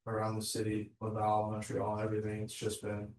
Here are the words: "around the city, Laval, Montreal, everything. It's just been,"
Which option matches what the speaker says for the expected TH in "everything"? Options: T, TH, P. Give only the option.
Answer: TH